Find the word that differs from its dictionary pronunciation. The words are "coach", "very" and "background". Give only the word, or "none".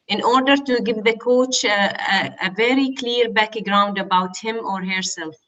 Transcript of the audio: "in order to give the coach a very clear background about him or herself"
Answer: none